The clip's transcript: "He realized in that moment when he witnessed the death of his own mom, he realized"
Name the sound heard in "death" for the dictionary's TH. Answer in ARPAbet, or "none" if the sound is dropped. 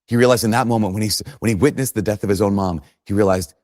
TH